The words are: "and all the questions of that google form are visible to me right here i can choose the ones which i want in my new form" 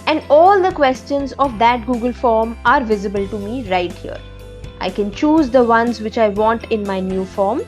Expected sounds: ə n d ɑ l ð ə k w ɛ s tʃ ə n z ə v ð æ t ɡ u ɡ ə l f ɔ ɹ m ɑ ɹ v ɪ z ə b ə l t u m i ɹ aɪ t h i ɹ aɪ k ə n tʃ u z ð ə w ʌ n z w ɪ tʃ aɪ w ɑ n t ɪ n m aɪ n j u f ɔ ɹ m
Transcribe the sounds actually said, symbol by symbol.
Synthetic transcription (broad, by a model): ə n d ɑ l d ə k w ɛ s tʃ ə n z ə v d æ t ɡ u ɡ ə l f ɔ ɹ m ɑ ɹ v ɪ z ə b ə l t u m i ɹ aɪ t h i ɹ aɪ k ə n tʃ u z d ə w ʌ n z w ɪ tʃ aɪ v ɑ n t ɪ n m aɪ n j u f ɔ ɹ m